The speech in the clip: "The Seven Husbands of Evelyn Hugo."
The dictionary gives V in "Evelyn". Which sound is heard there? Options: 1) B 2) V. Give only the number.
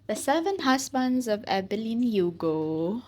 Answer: 1